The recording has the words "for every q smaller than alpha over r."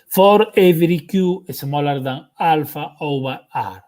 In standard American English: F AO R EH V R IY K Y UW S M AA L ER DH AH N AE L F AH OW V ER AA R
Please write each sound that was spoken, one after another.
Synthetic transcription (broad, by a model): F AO R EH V R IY K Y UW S M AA L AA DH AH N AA L F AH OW B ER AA R